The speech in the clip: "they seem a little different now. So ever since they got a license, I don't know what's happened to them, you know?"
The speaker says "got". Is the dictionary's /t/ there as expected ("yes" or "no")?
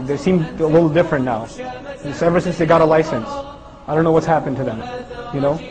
yes